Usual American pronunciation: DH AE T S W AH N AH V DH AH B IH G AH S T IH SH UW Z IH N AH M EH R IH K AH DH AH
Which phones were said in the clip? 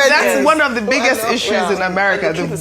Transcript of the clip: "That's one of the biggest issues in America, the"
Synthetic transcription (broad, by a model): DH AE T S W AH N AH V DH AH B IH G AH S T IH SH UW Z IH N AH M EH R IH K AH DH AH